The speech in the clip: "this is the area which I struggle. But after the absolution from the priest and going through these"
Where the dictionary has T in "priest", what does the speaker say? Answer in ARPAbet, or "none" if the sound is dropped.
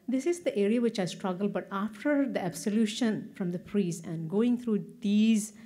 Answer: none